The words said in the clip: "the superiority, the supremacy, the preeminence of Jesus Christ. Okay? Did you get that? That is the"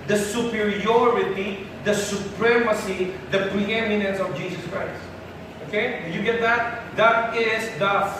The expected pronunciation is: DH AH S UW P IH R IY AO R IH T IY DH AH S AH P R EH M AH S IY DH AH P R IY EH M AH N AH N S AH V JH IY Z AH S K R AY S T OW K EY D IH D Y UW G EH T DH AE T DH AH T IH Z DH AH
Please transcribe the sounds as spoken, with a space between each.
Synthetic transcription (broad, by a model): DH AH S UW P IH R IY AO R IH T IY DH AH S AH P R EH M AH S IY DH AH P R IY EH M AH N AH N S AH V JH IY S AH S K R AY S T OW K EY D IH Y UW G EH T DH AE T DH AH T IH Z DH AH